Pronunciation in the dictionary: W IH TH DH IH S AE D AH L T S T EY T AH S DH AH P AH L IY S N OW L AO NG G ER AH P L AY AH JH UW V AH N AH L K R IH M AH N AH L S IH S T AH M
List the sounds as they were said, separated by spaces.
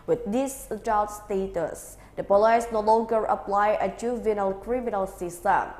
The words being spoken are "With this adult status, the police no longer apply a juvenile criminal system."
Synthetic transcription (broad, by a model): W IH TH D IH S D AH T S T EY T AH S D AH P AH L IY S N OW L AO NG G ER AH P L AY AH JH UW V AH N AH L K R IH M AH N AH L S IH S T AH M